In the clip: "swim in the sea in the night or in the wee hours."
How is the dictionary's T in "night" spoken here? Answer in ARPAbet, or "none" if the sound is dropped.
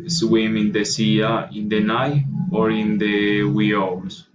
none